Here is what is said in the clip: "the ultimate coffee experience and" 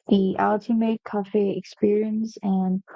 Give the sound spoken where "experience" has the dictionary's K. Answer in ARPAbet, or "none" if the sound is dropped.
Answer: K